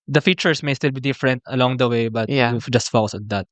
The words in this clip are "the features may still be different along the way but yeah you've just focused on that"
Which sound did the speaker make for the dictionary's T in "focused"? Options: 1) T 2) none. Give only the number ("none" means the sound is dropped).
2